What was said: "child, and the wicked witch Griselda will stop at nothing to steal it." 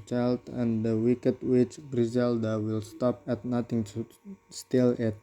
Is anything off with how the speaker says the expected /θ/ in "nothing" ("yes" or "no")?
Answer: yes